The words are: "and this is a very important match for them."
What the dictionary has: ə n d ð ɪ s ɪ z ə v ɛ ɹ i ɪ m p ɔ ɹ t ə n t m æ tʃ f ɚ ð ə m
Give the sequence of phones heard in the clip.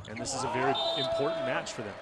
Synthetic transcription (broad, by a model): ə n ð ɪ s ɪ z ə v ɛ ɹ i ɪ m p ɔ ɹ t n m æ tʃ f ɚ ð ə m